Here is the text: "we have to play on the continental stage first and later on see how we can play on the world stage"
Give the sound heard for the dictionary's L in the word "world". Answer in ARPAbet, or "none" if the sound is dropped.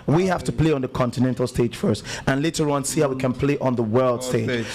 L